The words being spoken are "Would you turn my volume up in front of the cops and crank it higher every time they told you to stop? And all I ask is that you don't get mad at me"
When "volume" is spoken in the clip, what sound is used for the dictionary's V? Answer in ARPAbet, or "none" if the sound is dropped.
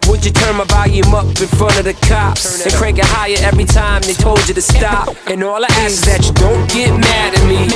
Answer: B